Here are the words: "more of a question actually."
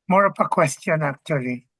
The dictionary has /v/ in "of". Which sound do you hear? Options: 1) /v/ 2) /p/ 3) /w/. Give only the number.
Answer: 2